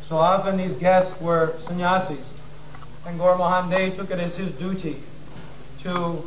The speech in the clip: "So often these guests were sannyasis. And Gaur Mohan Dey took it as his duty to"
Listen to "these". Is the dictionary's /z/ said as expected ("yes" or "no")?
yes